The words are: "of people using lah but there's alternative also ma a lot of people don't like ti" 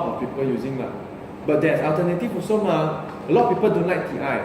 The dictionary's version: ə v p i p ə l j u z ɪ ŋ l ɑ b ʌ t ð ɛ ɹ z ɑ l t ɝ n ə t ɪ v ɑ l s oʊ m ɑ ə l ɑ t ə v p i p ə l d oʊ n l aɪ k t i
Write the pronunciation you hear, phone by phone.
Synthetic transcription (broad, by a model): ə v p i p ə l j u z ɪ ŋ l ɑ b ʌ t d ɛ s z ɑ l t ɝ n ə t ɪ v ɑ s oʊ m ɑ ə l ɑ t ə p i p ə l d oʊ n l aɪ k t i